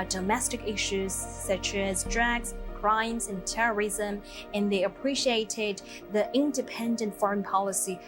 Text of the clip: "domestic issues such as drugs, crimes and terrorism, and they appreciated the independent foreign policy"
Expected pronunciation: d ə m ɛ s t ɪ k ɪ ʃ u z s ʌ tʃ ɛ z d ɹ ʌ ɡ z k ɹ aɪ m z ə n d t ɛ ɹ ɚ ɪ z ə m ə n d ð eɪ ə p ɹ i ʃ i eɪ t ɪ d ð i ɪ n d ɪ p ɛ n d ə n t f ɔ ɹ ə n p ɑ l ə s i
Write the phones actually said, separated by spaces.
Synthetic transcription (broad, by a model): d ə m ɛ s t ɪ k ɪ ʃ u z s ʌ tʃ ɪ z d ɹ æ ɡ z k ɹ aɪ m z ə n t ɛ ɹ ɚ ɪ z ə m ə n ð eɪ ə p ɹ i ʃ i eɪ t ɪ d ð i ɪ n d ɪ p ɛ n d ə n t f ɔ ɹ ə n p ɑ l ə s i